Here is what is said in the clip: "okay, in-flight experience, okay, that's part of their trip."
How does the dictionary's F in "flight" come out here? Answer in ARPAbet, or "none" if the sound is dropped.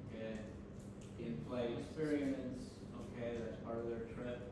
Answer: P